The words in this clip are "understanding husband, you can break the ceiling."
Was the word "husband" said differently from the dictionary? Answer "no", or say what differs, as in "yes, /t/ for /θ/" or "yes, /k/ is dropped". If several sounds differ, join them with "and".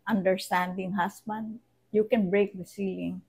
yes, /s/ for /z/